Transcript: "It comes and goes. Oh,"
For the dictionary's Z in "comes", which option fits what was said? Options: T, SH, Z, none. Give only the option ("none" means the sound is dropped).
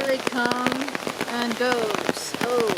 none